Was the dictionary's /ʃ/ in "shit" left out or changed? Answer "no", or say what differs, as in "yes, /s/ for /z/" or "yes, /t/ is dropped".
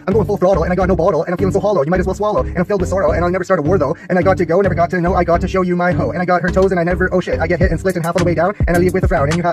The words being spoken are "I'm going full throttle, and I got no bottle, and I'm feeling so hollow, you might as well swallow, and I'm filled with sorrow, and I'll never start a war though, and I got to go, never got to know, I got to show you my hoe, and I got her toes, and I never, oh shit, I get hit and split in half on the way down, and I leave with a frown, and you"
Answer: no